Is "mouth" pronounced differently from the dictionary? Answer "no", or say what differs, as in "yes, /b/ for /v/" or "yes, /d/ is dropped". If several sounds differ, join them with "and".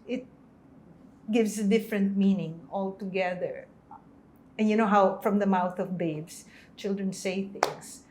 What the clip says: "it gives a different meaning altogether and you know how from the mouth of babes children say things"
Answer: no